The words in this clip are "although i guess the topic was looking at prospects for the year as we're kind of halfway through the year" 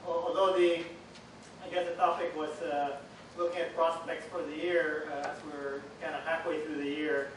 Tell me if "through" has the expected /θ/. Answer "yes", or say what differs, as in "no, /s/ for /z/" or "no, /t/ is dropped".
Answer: yes